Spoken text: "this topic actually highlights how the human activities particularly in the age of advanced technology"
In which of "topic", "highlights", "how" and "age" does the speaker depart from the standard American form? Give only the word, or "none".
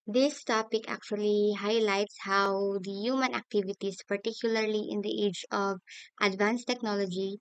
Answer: none